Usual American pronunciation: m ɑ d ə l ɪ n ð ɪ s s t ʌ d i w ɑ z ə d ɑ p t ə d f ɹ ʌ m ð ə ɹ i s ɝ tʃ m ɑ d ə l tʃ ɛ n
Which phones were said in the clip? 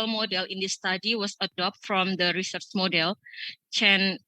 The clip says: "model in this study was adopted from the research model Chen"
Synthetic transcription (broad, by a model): m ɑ d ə l ɪ n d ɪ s s t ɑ d i w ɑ s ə d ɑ p t f ɹ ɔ m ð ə ɹ i s ɝ tʃ m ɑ d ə l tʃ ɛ n